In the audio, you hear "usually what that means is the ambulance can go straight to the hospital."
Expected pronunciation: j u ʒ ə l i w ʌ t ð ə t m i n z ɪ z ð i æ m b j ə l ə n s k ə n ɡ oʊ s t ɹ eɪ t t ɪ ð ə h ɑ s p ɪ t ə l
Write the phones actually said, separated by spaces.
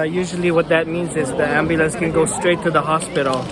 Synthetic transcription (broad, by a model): j u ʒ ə l i w ʌ t ð ə t m i n z ɪ z ð i æ m b j ə l ə n s k ə n ɡ oʊ s t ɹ eɪ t t ɪ ð ə h ɑ s p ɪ t l